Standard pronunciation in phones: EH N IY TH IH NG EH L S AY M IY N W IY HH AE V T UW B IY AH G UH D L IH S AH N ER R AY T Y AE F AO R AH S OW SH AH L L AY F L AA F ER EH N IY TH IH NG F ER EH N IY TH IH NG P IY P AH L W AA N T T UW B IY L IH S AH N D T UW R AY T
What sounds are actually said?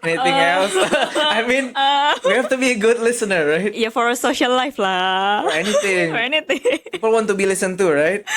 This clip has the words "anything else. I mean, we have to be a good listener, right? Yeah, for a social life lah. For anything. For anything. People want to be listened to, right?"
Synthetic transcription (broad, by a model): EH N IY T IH NG EH L S AY M IY N W IY HH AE F T UW B IY AH G UH D L IH S AH N ER R AY T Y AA F AO R AH S OW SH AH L L AY F L AA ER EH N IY T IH NG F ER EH N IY T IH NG P IY P AH L W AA N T T UW B IY L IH S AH N T UW R AY T